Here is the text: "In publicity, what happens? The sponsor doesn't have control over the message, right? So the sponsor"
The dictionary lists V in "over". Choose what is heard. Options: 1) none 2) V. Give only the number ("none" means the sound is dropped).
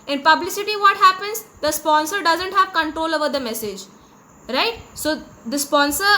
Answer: 2